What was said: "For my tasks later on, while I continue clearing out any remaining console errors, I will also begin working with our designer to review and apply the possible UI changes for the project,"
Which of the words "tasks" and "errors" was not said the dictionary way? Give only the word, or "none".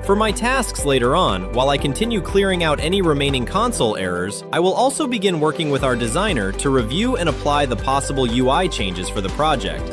none